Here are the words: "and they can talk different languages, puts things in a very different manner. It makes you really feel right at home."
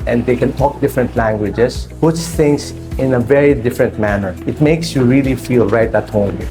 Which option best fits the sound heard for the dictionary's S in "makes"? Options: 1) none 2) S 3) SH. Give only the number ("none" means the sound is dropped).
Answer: 2